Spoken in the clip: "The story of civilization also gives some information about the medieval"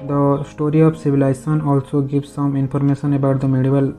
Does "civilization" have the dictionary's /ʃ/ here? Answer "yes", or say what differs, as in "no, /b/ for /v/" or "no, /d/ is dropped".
no, /s/ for /ʃ/